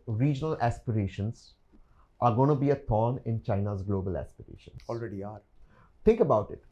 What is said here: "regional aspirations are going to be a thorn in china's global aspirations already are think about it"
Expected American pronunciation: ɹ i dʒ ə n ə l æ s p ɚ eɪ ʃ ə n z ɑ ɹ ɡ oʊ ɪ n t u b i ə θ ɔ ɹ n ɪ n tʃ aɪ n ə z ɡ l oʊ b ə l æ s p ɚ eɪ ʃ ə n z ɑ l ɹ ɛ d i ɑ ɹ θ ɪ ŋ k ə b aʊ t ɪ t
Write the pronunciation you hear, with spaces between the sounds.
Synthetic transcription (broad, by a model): ɹ i dʒ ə n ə l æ s p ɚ eɪ ʃ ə n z ɑ ɹ ɡ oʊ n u b i ə t ɔ n ɪ n tʃ aɪ n ə z ɡ l oʊ b ə l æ s p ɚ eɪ ʃ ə n ɑ l ɹ ɛ d i ɑ ɹ t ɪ ŋ k ə b aʊ t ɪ t